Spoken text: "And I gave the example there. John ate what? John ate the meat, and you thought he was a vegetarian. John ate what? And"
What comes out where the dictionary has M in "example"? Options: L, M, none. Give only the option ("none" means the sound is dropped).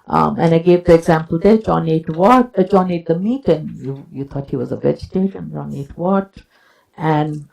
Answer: M